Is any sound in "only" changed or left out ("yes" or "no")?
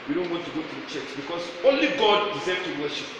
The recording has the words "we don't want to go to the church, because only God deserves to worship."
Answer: no